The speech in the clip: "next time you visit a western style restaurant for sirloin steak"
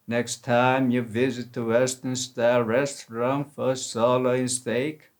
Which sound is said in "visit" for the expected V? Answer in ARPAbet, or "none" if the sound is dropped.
V